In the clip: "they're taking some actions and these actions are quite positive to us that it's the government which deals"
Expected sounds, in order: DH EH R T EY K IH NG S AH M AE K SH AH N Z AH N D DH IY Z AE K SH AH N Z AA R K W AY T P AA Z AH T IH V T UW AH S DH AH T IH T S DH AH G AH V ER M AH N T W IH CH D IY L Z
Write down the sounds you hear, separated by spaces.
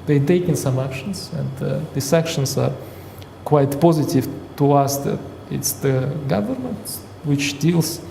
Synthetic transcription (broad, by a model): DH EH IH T EY K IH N S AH M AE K SH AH N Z AH N D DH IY S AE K SH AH N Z AA R K W AY T P AA Z AH T IH V T UW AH S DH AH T IH T S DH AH G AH V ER M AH N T W IH CH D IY L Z